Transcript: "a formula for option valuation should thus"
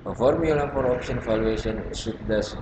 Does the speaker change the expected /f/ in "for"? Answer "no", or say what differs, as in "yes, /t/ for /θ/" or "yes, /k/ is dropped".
yes, /p/ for /f/